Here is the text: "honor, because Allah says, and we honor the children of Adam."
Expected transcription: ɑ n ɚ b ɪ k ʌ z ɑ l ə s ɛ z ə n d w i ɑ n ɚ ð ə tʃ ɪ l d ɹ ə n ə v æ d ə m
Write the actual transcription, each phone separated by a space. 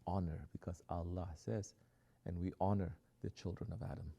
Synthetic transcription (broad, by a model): ɑ n ɚ b ɪ k ʌ z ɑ l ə s ɛ z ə n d w i ɑ n ɚ ð ə tʃ ɪ l d ɹ ə n ə v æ d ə m